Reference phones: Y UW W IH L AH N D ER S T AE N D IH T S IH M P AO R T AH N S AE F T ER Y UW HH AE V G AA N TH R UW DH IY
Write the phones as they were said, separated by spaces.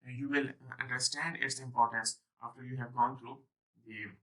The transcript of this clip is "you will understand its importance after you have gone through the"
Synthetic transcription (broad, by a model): Y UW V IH L AH N D ER S T AE N D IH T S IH M P AO R T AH N S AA F T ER Y UW HH AE V G AA N T R UW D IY